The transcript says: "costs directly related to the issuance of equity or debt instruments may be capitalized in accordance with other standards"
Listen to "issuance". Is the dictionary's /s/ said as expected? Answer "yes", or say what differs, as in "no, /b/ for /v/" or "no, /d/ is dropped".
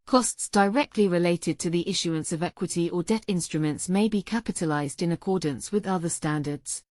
yes